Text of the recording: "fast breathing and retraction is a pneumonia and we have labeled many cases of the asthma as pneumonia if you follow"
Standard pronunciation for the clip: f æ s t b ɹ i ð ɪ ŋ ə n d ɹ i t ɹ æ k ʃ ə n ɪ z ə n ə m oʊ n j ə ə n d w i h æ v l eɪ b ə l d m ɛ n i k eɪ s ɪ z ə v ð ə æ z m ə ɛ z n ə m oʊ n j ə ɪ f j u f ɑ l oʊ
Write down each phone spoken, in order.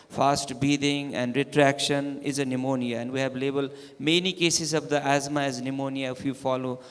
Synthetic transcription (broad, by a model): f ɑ s t b i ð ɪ ŋ ə n d ɹ i t ɹ æ k ʃ ə n ɪ z ə n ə m oʊ n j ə ə n d w i h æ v l eɪ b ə l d m ɛ n i k eɪ s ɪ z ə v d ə æ z m ə ɛ z n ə m oʊ n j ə ɪ f j u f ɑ l oʊ